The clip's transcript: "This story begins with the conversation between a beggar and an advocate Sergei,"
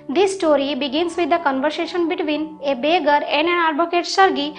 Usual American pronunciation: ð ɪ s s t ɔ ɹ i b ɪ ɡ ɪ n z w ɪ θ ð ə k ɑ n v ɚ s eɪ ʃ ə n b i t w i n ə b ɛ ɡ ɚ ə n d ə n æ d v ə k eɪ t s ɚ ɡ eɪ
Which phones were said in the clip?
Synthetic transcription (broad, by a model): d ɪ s s t ɔ ɹ i b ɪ ɡ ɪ n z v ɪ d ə k ɑ n v ɚ s eɪ ʃ ə n b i t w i n ə b ɛ ɡ ɚ ə n d ə n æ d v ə k eɪ t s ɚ ɡ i